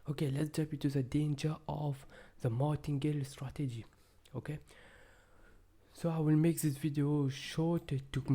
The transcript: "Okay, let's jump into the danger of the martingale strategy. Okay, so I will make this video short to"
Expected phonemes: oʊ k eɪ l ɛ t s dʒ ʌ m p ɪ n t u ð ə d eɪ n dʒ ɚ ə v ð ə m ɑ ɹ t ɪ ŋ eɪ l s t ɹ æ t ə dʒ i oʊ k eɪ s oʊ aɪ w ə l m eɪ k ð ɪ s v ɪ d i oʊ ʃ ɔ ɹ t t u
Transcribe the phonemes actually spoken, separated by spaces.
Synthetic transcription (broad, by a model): oʊ k eɪ l ɛ t s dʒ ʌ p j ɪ t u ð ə d eɪ n dʒ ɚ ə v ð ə m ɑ t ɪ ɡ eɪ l s t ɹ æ t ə dʒ i oʊ k eɪ s oʊ aɪ w ə l m eɪ k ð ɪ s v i d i oʊ ʃ ɔ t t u